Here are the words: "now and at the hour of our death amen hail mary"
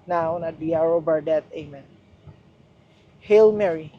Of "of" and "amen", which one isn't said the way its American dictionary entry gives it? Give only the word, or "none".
of